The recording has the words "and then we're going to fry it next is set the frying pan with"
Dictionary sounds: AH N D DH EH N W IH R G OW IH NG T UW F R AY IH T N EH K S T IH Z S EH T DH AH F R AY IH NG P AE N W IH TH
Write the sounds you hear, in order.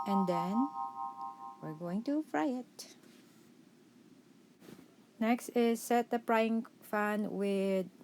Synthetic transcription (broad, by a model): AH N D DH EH N W IH R G OW IH NG T UW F R AY IH T N EH K S T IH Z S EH T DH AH P R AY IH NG F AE N W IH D